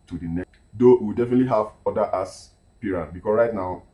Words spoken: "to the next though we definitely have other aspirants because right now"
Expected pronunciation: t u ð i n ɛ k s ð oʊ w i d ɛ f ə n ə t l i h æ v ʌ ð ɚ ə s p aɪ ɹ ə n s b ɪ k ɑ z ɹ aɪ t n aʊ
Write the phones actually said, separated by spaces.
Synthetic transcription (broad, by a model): t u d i n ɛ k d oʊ w i d ɛ f ə n ə t l i h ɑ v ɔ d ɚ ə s p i ɹ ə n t b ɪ k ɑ s ɹ aɪ t n aʊ